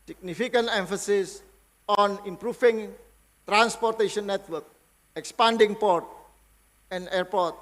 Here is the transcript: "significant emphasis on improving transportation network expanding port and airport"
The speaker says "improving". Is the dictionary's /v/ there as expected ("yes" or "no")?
no